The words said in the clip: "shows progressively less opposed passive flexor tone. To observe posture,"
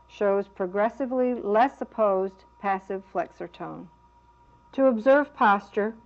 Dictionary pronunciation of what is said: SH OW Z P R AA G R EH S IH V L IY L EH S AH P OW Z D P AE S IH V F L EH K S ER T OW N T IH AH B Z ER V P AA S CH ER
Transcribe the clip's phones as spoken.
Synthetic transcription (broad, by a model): SH OW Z P R AA G R EH S IH V L IY L EH S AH P OW Z P AE S IH V F L EH K S ER T OW N T IH AH B Z ER V P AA S CH ER